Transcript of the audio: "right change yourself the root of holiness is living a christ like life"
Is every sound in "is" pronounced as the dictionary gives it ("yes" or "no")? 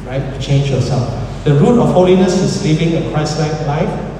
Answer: no